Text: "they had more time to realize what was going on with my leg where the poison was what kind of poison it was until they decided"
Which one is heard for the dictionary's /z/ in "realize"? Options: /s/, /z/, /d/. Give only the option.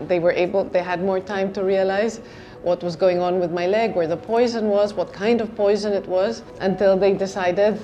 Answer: /z/